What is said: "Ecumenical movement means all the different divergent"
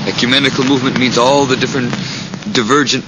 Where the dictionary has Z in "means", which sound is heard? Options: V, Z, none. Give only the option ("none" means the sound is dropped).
Z